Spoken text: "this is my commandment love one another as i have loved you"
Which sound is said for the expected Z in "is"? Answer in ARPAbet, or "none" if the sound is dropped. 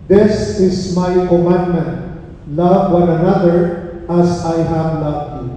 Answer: S